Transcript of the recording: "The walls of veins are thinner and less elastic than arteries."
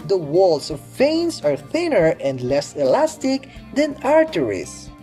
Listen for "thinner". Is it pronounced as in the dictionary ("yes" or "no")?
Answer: yes